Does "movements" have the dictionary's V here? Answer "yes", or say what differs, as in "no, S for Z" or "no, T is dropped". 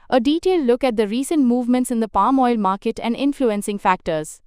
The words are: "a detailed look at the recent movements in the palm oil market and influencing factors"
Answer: yes